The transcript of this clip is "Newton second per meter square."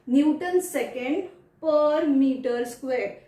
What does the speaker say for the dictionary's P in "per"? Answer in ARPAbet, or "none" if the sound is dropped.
P